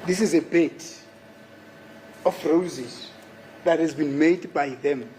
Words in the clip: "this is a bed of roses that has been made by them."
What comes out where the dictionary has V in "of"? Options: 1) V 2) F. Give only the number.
2